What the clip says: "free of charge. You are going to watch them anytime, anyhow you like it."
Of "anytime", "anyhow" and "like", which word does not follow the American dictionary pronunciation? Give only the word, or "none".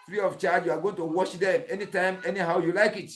none